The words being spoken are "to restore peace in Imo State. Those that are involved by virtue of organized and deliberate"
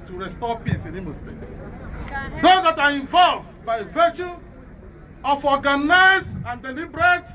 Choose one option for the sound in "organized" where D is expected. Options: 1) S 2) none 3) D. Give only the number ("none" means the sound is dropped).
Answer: 2